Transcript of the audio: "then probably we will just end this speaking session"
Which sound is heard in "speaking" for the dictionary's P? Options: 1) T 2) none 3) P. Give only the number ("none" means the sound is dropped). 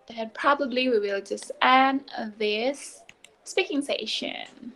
3